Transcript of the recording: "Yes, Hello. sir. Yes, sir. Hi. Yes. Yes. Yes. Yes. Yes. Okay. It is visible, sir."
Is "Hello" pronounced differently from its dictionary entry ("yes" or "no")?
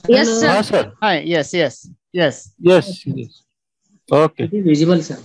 yes